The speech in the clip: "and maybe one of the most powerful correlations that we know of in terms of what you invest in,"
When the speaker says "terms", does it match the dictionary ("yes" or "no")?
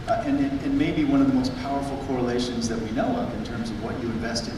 yes